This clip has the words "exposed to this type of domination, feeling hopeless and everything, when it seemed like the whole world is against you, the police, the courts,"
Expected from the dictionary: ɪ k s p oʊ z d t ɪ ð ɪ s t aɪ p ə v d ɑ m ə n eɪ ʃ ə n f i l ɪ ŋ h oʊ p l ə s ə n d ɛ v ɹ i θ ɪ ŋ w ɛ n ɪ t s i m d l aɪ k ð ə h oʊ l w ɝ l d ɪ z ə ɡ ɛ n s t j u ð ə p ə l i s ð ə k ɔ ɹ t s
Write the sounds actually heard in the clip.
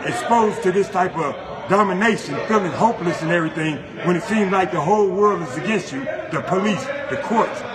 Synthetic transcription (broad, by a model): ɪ k s p oʊ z t ɪ ð ɪ s t aɪ p ə v d ɑ m ə n eɪ ʃ ə n f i l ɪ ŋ h oʊ p l ə s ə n ɛ v ɹ i θ ɪ ŋ w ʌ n ɪ t s i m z l aɪ k ð ə h oʊ l w ɝ l d ɪ z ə ɡ ɛ n s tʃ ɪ ð ə p ə l i s ð ə k ɔ ɹ t s